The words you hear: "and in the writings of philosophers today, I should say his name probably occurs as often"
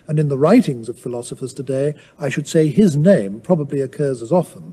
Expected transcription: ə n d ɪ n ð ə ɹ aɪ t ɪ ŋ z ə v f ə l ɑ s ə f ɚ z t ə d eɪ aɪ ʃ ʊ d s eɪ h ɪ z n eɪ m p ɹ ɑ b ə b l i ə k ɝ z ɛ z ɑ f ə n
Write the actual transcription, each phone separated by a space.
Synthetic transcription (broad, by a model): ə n ɪ n ð ə ɹ aɪ t ɪ ŋ z ə v f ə l ɑ s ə f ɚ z t ə d eɪ aɪ ʃ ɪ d s eɪ ɪ z n eɪ m p ɹ ɑ b ə b l i ə k ɝ z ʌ z ɑ f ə n